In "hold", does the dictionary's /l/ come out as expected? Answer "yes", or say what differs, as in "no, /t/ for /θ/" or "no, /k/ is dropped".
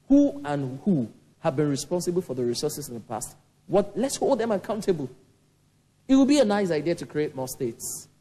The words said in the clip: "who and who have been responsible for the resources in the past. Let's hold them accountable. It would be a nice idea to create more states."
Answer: yes